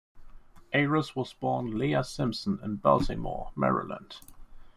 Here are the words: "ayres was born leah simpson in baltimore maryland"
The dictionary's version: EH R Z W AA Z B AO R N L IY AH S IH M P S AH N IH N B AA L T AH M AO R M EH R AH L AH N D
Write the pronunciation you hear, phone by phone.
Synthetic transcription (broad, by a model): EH R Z W AA Z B AO N L IY AH S IH M P S AH N IH N B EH L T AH M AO M EH R AH L AH N D